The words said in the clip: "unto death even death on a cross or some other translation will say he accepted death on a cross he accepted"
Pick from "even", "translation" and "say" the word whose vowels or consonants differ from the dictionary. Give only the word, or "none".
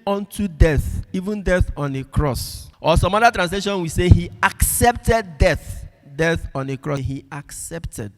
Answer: none